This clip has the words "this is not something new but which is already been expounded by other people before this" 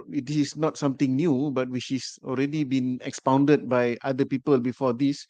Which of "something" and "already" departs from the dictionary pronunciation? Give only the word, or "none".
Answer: something